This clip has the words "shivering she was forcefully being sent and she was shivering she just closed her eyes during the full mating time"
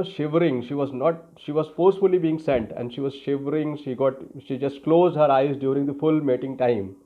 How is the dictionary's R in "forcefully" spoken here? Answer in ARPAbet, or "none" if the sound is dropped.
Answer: R